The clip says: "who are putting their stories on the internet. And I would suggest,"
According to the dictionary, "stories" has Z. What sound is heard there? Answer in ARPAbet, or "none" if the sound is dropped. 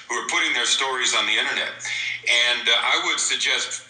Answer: Z